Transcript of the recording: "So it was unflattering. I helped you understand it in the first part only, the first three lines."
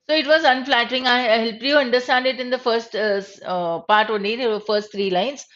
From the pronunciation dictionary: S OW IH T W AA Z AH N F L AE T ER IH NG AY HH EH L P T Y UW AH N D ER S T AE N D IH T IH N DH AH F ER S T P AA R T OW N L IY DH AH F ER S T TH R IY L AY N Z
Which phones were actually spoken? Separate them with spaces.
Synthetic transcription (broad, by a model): S OW IH T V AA Z AH N F L AE T ER IH NG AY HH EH L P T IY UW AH N D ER S T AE N D IH T IH N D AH F ER S T P AA R T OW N IY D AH F ER S T T R IY L AY N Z